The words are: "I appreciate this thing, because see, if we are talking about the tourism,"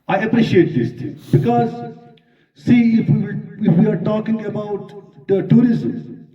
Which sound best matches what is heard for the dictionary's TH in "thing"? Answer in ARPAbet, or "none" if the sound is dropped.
T